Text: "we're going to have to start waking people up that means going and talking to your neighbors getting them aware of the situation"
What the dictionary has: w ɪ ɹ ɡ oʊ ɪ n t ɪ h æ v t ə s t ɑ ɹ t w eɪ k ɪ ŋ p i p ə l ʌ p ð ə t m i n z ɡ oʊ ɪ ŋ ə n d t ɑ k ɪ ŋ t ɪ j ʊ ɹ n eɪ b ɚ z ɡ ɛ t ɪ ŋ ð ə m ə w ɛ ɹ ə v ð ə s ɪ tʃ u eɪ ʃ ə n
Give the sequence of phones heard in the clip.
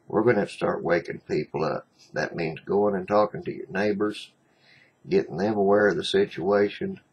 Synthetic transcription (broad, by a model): w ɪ ɹ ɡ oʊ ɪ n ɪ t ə s t ɑ ɹ t w eɪ k ɪ ŋ p i p l ʌ p ð ə t m i n z ɡ oʊ ɪ ŋ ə n t ɑ k ɪ ŋ t ɪ j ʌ ɹ n eɪ b ɚ z ɡ ɛ t ɪ ŋ ð ə m ə w ɛ ɹ ə v ð ə s ɪ tʃ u eɪ ʃ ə n